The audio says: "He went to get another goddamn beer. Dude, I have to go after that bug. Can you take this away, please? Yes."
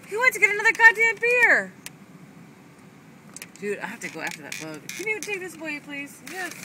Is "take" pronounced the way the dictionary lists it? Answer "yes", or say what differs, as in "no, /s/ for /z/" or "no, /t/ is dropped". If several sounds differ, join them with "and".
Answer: yes